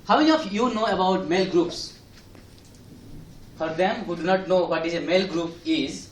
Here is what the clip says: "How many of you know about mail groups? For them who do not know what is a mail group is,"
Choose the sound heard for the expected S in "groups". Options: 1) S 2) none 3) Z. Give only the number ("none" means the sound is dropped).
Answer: 1